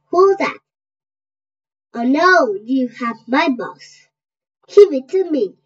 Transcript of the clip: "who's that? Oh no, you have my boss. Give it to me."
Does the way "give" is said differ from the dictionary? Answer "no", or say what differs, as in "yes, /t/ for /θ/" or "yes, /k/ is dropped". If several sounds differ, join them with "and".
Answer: yes, /w/ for /v/